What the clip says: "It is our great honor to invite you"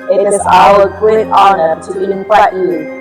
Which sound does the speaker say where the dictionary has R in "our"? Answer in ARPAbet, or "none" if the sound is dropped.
L